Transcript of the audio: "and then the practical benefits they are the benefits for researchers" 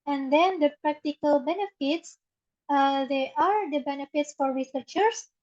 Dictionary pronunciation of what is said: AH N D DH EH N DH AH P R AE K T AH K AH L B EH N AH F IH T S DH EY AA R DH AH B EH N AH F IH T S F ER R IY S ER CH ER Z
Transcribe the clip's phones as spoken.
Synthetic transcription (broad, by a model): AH N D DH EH N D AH P R AE K T AH K AH L B EH N AH F IH T S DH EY AA R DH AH B EH N AH F IH T S F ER R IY S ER CH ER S